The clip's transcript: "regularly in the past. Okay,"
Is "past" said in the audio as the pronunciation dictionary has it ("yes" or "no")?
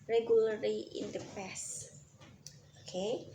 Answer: no